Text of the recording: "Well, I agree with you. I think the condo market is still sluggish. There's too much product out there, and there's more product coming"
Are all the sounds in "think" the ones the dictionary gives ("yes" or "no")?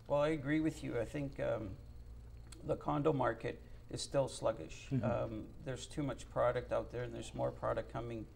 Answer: yes